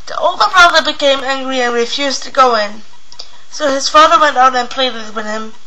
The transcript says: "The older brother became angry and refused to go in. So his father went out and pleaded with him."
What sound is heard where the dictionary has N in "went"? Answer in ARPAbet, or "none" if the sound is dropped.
N